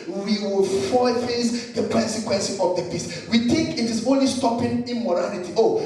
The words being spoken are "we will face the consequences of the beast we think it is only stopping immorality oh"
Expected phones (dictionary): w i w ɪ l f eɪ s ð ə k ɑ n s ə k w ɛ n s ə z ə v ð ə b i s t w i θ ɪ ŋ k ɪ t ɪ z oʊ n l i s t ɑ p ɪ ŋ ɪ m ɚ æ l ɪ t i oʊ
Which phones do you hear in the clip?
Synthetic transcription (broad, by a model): w i w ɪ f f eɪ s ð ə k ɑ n s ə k w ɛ n s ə ə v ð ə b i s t w i t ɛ k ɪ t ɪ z oʊ n l i s t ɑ p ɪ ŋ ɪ m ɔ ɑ l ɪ t i oʊ